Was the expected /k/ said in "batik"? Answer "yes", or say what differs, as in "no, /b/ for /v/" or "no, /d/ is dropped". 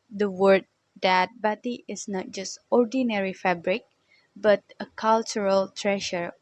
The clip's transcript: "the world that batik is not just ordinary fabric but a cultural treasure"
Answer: no, /k/ is dropped